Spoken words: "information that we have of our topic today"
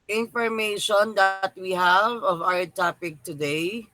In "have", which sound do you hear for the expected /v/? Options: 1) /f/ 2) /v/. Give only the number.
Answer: 2